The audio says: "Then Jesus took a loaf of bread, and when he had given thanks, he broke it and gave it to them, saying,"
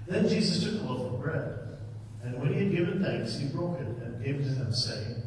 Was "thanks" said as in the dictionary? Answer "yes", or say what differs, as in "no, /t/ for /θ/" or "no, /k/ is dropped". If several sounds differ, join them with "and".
yes